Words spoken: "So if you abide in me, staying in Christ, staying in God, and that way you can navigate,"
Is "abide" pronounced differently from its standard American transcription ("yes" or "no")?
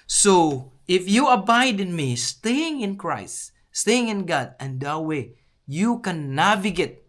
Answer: no